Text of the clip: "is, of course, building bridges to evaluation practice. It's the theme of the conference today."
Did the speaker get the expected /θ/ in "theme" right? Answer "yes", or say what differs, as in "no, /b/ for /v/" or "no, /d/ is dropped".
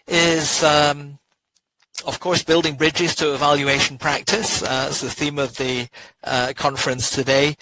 yes